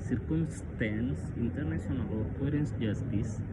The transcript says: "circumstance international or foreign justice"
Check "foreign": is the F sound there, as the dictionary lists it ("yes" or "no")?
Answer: no